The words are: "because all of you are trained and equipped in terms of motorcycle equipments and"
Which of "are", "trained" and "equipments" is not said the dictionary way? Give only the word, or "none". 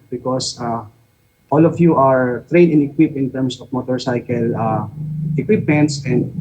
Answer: trained